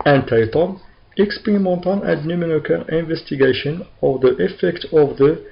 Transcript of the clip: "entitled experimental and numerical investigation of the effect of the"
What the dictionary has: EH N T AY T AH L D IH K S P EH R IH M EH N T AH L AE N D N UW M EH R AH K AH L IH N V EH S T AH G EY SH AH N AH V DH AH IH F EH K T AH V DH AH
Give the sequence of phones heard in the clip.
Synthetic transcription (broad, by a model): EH N T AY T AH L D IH K S P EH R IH M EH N T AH N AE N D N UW M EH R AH K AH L IH N V EH S T AH G EY SH AH N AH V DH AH IH F EH K T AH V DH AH